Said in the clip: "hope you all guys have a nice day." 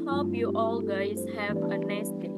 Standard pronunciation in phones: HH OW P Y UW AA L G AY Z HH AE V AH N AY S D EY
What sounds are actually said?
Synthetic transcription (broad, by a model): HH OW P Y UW AA L G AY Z HH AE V AH N AY S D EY